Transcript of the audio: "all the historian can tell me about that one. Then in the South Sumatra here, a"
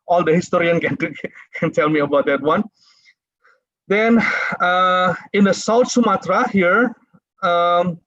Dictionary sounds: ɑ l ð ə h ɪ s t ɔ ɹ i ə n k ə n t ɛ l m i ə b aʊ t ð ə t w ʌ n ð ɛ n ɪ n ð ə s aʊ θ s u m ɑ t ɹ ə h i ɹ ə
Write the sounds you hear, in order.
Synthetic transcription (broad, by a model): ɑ l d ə h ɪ s t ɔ ɹ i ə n k ə n t ɛ l m i ə b aʊ t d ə t w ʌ n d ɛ n ɪ n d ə s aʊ t s u m ɑ t ɹ ə h i ɹ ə